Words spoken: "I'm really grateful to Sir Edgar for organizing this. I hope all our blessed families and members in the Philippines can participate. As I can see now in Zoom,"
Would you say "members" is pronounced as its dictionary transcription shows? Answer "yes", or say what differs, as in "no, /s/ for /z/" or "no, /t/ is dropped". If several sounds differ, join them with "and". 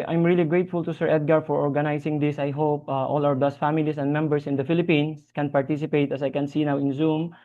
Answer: no, /s/ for /z/